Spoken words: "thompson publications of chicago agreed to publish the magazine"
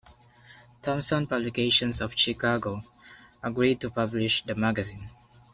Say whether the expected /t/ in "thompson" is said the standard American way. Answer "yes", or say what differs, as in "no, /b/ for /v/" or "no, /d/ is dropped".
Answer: yes